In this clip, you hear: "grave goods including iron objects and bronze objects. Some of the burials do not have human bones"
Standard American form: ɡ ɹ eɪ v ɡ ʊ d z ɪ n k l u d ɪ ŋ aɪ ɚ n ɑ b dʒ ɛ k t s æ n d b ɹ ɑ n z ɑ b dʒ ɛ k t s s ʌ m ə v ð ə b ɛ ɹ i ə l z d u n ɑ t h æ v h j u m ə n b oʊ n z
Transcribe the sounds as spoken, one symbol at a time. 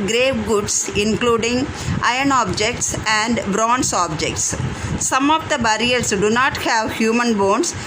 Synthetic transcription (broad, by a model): ɡ ɹ eɪ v ɡ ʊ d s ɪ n k l u d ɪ ŋ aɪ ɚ n ɑ b dʒ ɛ k t s æ n d b ɹ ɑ n s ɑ b dʒ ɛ k t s s ʌ m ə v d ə b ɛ ɹ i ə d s d u n ɑ t h æ v h j u m ə n b oʊ n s